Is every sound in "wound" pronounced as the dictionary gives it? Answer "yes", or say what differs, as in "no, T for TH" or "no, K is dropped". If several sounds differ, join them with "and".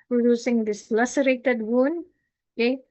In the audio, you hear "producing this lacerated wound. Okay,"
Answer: yes